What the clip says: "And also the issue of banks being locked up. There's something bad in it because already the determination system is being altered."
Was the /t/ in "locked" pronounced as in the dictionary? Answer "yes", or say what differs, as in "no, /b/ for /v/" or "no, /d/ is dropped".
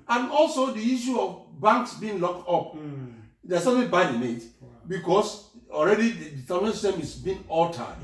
yes